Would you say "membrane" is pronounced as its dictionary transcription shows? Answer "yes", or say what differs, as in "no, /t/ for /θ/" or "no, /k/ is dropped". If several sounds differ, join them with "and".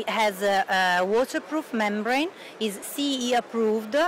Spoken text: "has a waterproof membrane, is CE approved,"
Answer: yes